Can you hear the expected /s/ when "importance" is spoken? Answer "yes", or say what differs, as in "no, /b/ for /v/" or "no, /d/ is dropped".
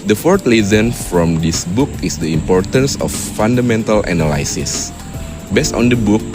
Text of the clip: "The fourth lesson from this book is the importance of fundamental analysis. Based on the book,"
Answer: yes